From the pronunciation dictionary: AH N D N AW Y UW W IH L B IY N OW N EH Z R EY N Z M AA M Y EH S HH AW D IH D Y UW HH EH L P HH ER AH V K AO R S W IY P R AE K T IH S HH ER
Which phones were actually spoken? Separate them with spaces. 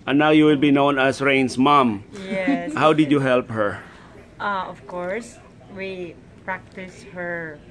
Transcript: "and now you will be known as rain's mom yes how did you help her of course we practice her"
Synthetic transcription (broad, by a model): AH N N AW Y UW W IH L B IY N OW N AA S R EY N S M AA M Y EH HH AW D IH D Y UW HH EH L P HH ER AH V K AO R S W IY P R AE K T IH S HH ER